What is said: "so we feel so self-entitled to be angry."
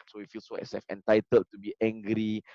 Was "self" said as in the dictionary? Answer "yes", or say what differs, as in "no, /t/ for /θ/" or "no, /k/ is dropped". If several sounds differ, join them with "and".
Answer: no, /l/ is dropped